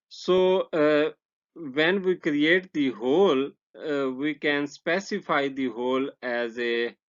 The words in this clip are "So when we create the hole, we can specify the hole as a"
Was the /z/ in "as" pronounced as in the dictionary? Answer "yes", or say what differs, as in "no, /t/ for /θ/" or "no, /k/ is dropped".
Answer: yes